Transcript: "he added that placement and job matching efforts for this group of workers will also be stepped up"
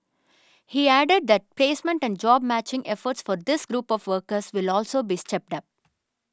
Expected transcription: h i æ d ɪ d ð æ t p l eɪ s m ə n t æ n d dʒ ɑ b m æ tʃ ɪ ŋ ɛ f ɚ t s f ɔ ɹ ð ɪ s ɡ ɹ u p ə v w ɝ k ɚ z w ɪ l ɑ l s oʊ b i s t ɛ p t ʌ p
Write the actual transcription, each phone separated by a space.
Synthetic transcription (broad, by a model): h i æ d ɪ d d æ t p l eɪ s m ə n t æ n d dʒ ɑ b m æ tʃ ɪ ŋ ɛ f ɚ t s f ɔ ɹ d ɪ s ɡ ɹ u p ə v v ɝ k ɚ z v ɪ l ɑ l s oʊ b i s t ɛ p t ʌ p